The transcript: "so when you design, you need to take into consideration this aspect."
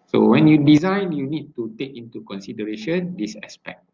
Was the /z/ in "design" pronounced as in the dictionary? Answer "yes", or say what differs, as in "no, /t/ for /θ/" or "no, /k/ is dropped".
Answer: yes